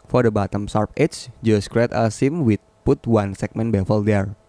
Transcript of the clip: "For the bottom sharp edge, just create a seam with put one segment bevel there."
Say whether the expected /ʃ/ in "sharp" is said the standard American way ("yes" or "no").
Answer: no